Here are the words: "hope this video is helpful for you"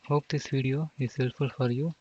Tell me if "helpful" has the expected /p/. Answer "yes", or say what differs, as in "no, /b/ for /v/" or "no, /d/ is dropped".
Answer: no, /p/ is dropped